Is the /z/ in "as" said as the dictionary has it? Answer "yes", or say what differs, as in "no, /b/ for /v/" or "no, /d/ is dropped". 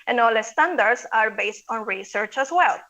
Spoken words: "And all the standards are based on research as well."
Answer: no, /s/ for /z/